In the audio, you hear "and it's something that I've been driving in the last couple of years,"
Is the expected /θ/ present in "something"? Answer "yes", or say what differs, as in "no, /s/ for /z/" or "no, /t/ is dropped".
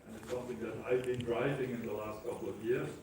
yes